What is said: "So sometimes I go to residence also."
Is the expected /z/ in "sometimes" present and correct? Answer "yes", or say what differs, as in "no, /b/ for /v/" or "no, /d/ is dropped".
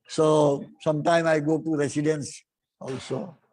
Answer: no, /z/ is dropped